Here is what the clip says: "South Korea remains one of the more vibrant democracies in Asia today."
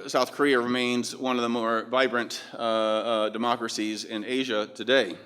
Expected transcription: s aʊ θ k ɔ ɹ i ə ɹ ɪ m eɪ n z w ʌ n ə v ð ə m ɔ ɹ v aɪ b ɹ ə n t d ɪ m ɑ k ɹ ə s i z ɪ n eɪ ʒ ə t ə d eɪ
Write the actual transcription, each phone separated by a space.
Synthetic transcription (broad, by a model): s aʊ θ k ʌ ɹ i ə ɹ ɪ m eɪ n z w ʌ n ə v ð ə m ɔ ɹ v aɪ b ɹ ə n t d ɪ m ɑ k ɹ ə s i z ɪ n eɪ ʒ ə t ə d eɪ